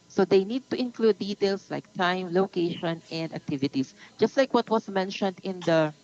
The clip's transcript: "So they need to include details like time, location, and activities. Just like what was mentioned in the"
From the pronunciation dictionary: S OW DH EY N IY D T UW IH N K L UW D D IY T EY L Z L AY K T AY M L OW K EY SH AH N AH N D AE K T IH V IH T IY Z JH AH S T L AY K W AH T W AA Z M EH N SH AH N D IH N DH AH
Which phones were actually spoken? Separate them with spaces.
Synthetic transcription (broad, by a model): S OW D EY N IY D T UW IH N K L UW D D IY T EY L S L AY K T AY M L OW K EY SH AH N AH N D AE K T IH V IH T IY S JH AH S T L AY K W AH T W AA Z M EH N SH AH N D IH N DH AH